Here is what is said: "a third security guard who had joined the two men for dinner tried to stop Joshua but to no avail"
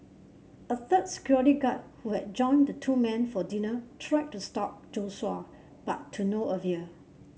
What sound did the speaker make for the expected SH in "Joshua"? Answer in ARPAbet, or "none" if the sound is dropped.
S